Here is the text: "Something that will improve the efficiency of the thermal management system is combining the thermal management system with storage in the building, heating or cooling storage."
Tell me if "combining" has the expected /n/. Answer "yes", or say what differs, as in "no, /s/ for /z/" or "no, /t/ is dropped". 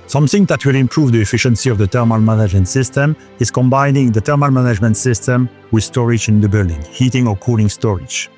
yes